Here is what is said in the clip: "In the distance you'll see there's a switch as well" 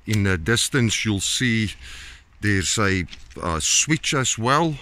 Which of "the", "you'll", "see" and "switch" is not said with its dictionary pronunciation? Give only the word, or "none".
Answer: none